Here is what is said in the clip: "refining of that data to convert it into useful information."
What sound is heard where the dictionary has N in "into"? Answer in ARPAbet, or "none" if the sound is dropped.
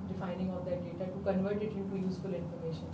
none